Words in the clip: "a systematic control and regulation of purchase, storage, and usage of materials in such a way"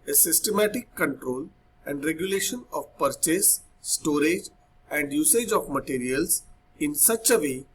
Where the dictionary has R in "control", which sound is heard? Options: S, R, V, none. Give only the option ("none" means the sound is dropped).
R